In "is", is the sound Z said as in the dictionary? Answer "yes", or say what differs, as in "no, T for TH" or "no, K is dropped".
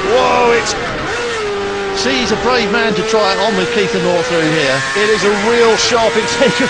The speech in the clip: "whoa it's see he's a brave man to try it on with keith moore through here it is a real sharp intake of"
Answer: yes